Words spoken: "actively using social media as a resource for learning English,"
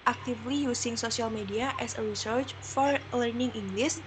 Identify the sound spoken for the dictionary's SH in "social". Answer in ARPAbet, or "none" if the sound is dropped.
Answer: S